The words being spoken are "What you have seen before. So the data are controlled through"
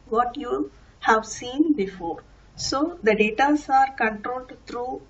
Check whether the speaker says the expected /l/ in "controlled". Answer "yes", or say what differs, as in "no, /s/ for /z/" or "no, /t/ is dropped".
yes